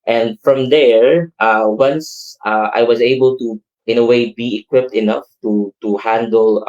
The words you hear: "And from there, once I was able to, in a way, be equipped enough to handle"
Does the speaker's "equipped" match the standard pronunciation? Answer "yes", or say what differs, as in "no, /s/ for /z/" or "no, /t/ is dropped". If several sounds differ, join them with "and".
yes